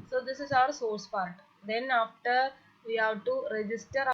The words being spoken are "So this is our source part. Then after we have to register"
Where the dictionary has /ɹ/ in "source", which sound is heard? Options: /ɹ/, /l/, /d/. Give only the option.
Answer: /ɹ/